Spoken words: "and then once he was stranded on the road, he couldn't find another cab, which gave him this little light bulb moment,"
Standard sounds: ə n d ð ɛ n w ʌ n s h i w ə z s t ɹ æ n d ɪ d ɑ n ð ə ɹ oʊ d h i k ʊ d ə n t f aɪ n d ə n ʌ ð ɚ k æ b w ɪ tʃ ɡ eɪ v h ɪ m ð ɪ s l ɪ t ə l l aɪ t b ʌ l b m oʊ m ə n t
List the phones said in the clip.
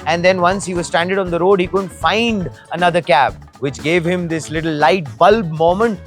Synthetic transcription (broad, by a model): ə n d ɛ n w ʌ n s h i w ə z s t æ n d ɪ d ɑ n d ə ɹ oʊ d h i k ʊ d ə n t f aɪ n d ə n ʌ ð ɚ k æ b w ɪ tʃ ɡ eɪ v h ɪ m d ɪ s l ɪ t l l aɪ t b ʌ l b m oʊ m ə n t